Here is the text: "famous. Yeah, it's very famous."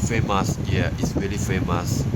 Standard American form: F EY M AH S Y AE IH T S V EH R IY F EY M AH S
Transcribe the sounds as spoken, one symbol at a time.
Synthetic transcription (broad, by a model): F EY M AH S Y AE IH T S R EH L IY F EY M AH S